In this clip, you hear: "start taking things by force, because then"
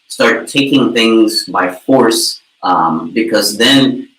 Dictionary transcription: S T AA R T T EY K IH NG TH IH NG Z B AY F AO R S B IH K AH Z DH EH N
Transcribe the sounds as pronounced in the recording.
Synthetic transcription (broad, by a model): S T AA R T T EY K IH NG TH IH NG Z B AY F AO R S B IH K AH Z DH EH N